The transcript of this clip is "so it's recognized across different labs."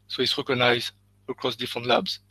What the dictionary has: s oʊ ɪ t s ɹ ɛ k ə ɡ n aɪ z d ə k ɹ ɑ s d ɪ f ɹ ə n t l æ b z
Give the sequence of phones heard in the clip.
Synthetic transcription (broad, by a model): s oʊ ɪ t s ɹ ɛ k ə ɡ n aɪ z ə k ɹ ɑ s d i f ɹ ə n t l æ b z